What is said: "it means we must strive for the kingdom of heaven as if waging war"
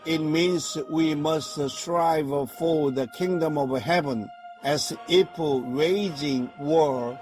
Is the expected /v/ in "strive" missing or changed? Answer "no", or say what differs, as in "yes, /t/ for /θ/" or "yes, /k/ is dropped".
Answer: no